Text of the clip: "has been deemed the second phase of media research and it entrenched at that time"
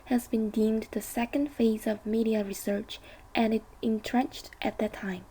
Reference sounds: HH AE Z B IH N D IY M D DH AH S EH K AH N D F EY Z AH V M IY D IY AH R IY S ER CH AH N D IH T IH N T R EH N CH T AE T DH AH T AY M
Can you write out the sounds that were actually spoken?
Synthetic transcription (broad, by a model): HH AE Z B IH N D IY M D DH AH S EH K AH N D F EY Z AH V M IY D IY AH R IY S ER CH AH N IH T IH N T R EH N CH T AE T DH AH T AY M